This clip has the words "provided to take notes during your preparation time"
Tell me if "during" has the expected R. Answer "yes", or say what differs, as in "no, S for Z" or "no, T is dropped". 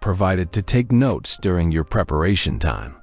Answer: yes